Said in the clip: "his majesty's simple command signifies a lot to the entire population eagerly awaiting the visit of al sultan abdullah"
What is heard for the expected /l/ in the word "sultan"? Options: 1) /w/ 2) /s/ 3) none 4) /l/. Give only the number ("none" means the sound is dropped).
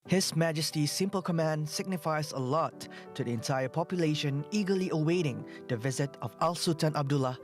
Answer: 3